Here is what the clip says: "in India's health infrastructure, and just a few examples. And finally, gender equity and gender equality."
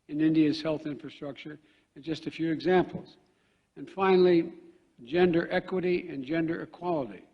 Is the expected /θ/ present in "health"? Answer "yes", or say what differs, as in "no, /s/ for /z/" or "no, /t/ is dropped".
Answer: yes